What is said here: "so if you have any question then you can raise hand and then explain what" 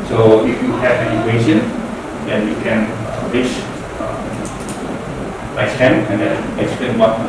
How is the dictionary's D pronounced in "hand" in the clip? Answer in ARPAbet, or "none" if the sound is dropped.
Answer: none